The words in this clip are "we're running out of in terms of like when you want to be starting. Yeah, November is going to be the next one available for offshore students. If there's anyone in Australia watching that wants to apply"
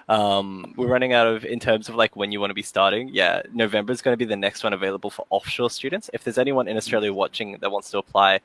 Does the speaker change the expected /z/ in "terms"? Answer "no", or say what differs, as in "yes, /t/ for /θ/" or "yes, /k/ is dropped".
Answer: no